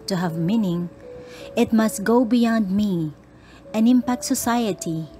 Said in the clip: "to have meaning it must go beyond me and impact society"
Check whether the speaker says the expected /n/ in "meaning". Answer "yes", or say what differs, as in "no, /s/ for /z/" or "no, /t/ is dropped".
yes